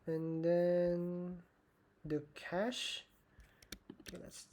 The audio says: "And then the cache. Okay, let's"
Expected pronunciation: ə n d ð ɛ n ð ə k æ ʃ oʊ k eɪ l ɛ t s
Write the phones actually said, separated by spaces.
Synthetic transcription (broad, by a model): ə n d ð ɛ n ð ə k æ ʃ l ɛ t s